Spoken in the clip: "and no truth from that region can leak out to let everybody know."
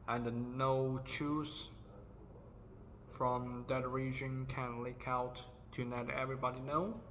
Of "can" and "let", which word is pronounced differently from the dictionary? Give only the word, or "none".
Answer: let